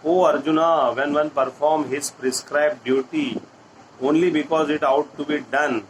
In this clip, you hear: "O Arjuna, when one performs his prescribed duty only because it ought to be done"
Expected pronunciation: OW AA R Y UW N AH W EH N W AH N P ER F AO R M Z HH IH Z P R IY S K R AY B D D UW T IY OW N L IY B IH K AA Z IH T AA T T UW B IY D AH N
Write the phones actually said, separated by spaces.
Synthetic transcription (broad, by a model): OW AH R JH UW N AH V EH N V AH N P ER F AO R M HH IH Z P R IY S K R AY B D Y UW T IY OW N L IY B IH K AA Z IH T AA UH T UW B IY D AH N